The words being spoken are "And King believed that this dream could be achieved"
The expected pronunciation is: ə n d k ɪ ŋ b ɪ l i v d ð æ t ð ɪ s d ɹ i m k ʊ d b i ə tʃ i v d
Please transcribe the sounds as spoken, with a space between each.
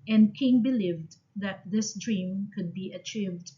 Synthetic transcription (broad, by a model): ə n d k ɪ ŋ b ɪ l i v d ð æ t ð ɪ s d ɹ i m k ʊ d b i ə tʃ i v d